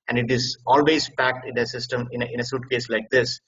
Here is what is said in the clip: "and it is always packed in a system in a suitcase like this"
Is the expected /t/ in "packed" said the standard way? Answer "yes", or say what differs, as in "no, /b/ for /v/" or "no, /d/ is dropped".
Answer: yes